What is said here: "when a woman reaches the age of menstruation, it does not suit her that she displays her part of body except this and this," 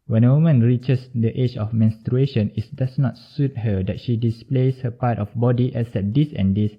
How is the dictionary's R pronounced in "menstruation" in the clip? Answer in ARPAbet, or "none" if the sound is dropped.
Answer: R